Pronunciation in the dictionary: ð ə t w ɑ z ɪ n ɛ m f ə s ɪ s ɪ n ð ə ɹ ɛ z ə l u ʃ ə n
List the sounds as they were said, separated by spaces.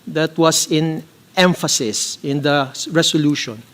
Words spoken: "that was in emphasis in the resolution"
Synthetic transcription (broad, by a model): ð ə t w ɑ s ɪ n ɛ m f ə s ɪ s ɪ n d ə ɹ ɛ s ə l u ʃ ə n